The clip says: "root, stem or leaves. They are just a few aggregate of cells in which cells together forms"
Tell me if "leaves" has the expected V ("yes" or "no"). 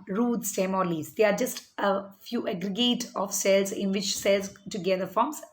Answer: no